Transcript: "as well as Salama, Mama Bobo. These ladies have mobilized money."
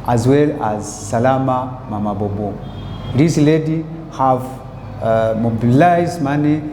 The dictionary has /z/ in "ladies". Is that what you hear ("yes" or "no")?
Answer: no